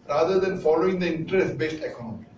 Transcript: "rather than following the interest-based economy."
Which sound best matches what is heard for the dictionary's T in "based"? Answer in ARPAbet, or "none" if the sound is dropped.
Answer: T